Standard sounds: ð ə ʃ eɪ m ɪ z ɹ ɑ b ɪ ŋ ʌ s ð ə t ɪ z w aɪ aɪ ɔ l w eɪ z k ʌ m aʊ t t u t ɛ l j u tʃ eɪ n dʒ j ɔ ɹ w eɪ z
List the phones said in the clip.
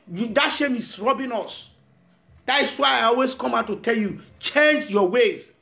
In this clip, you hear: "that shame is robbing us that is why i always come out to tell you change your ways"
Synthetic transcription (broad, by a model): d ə ʃ eɪ m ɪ s ɹ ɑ b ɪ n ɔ s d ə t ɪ s w aɪ aɪ ɔ l w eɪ s k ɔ m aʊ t t u t ɛ l j u tʃ eɪ n dʒ j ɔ w eɪ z